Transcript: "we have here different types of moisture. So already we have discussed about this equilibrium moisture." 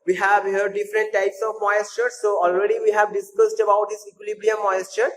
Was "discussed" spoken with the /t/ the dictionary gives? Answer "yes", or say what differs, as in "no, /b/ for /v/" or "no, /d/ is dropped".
yes